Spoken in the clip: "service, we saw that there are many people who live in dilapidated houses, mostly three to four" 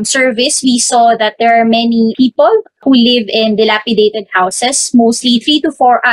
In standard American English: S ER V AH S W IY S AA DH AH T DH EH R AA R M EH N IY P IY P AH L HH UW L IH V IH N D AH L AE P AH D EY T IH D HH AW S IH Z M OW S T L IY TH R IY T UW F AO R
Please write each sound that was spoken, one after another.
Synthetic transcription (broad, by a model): S ER V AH S W IY S AA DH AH T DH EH R AA R M EH N IY P IY P AH L HH UW L IH V IH N D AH L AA P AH D EY T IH D HH AW S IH S M OW S T L IY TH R IY T UW F AO R